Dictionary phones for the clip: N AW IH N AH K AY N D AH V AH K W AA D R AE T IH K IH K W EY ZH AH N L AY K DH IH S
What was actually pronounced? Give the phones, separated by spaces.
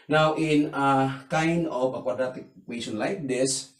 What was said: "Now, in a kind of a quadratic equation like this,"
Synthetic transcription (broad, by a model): N AW IH N AH K AY N D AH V AH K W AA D AA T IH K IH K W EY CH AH N L AY K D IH S